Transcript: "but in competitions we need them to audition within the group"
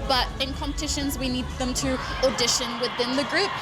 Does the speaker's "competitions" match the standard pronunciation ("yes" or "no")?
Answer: yes